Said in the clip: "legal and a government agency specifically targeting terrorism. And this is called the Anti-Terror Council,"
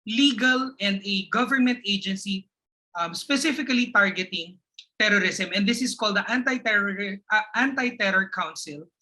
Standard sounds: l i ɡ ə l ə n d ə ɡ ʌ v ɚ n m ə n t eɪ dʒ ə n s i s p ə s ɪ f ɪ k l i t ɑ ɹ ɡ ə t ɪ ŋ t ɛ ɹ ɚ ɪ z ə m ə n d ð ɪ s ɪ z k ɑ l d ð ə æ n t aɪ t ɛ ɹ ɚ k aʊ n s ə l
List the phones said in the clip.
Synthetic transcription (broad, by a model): l i ɡ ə l ə n d ə ɡ ʌ v ɚ n m ə n t eɪ dʒ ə n s i s p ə s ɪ f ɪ k l i t ɑ ɹ ɡ ə t ɪ ŋ t ɛ ɹ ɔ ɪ s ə m ə n d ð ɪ s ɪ s k ɑ l d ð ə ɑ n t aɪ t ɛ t ɚ k aʊ n s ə l